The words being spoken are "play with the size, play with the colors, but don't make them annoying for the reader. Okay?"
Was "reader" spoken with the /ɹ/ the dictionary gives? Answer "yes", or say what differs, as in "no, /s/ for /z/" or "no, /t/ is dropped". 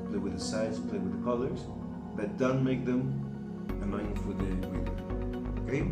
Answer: no, /w/ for /ɹ/